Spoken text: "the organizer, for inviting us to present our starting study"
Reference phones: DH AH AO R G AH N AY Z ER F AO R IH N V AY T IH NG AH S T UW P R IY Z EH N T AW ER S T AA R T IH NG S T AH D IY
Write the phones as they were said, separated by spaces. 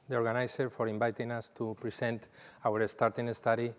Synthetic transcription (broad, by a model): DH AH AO R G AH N AY S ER F AO R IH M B AY T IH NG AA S T UW P R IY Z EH N T AW ER S T AA R T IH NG S T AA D IY